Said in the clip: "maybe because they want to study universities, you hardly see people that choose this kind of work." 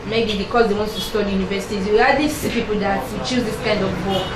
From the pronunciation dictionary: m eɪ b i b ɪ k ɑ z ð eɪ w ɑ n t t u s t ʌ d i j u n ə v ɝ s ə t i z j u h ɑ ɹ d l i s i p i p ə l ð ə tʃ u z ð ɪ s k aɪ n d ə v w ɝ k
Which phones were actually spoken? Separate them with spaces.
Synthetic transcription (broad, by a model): m eɪ b i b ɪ k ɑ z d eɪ w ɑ n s t u s t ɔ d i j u n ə v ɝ s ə t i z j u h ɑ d i s i p i p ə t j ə tʃ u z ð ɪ s k aɪ n d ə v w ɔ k